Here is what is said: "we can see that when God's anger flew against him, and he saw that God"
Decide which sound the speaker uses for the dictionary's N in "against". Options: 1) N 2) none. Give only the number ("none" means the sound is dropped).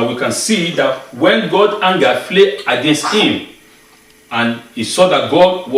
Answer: 1